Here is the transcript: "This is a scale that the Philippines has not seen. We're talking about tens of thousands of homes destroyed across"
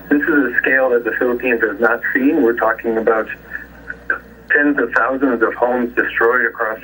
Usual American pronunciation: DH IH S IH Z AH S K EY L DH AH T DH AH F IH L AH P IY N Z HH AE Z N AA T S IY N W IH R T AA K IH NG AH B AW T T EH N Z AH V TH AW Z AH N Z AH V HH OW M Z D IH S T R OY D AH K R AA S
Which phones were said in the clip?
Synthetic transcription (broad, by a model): DH IH S IH Z AH S K EY L DH AH T DH AH F IH L AH P IY N Z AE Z N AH T S IY N W IH R T AA K IH NG AH B AW T T EH N Z AH V TH AW Z AH N Z AH V HH OW M Z D IH S T R OY D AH K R AA S